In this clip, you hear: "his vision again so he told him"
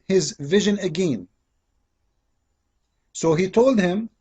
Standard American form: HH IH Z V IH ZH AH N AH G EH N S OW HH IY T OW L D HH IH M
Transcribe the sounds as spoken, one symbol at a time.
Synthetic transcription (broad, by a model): HH IH Z V IH ZH AH N AH G EH N S OW HH IY T OW L D HH IH M